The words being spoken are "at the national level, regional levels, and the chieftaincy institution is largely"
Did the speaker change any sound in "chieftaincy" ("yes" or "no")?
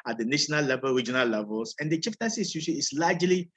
yes